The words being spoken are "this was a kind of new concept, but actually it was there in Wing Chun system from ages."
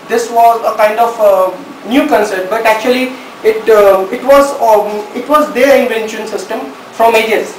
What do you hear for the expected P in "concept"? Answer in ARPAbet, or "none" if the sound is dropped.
none